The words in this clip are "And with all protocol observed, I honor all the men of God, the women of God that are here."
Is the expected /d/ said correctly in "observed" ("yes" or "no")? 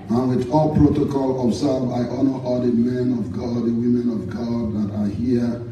no